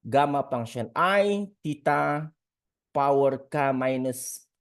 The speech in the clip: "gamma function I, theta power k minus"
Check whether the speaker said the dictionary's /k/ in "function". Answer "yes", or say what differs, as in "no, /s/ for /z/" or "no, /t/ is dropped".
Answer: no, /k/ is dropped